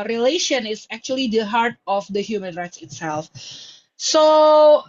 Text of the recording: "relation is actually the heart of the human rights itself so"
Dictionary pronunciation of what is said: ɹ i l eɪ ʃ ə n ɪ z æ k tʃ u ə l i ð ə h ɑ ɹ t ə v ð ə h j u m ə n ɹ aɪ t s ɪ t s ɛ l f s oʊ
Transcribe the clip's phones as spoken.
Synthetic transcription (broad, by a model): ɹ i l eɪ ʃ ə n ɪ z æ k tʃ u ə l i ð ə h ɑ ɹ t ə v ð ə h j u m ə n ɹ aɪ t s ɪ t s ɛ l f s oʊ